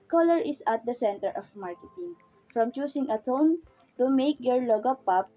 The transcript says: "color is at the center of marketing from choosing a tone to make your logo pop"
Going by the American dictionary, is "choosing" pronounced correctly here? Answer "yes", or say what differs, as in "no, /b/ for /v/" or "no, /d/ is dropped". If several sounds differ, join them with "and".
no, /s/ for /z/